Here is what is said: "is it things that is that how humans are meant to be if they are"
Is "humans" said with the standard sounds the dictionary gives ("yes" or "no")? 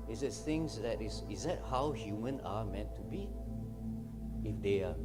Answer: no